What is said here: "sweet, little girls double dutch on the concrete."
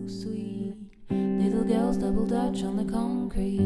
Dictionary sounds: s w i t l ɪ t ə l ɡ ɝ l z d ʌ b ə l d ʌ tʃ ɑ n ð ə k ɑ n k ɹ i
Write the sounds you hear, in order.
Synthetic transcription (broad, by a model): s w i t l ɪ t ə l ɡ ɝ l z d ʌ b l d ʌ tʃ n ð ə k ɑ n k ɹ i